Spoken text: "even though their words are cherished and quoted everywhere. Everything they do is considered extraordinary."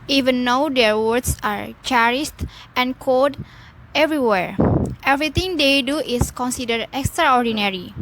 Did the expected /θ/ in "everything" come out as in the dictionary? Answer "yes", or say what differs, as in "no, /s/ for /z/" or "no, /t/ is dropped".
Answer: no, /t/ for /θ/